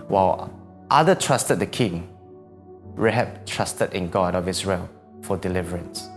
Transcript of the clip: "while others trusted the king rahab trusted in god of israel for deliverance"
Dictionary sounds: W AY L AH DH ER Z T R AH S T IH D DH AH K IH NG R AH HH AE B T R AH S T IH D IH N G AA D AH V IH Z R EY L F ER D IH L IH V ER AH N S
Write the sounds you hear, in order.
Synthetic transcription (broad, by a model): W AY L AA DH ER T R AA S T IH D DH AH K IH NG R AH HH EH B T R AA S T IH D IH N G AA D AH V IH S R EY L F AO D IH L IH V ER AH N S